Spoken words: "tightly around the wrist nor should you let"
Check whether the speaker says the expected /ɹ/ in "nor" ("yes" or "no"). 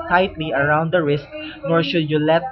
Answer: yes